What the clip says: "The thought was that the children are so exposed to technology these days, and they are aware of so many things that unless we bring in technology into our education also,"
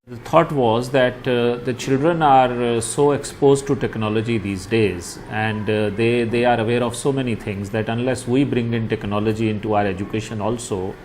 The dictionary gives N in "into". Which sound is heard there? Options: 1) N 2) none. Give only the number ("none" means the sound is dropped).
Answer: 1